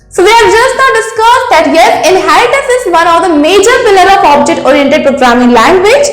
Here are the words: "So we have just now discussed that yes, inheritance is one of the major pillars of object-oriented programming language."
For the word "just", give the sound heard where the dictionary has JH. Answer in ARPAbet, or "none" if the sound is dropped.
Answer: JH